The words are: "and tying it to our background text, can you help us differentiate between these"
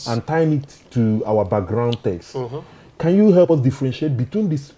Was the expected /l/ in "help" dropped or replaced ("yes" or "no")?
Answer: no